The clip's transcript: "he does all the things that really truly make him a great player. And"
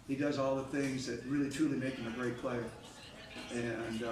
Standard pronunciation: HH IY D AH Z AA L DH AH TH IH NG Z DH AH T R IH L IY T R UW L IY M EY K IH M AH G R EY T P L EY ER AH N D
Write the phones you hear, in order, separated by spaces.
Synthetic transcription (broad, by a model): HH IY D AH Z AA L DH AH TH IH NG Z DH AH T R IH L IY T R UW L IY M EY K IH M AH G R EY T P L EY ER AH N